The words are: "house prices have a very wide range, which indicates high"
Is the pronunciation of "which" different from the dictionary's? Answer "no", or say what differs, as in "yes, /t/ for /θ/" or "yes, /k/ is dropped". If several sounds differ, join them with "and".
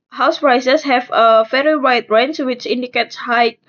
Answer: no